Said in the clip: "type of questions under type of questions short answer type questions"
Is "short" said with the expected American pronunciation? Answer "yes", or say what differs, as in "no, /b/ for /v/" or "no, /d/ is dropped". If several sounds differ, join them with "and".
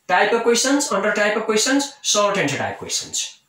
no, /s/ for /ʃ/ and /l/ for /ɹ/